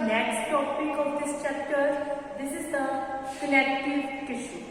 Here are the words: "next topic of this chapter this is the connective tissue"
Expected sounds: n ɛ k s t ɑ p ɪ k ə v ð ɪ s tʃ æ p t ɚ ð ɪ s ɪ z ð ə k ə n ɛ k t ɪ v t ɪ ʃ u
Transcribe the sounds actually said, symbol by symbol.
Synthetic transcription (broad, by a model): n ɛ k s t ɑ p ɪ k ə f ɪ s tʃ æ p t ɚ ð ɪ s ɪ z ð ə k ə l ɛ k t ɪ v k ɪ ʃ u